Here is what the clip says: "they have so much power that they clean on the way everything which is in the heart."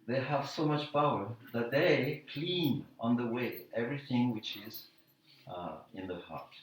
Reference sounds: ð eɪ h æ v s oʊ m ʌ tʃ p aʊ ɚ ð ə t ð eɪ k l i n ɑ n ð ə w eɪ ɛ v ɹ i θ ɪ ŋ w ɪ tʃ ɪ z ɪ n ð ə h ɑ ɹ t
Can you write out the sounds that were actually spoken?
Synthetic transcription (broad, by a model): ð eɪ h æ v s oʊ m ʌ tʃ p aʊ ɚ ð ə t ð eɪ k l i n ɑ n ð ə w eɪ ɛ v ɹ i θ ɪ ŋ w ɪ tʃ ɪ z ɪ n ð ə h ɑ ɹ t